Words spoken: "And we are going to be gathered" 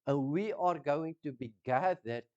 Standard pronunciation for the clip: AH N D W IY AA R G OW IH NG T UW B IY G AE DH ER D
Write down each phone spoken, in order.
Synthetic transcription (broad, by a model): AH N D W IY AA R G OW IH NG T UW B IY G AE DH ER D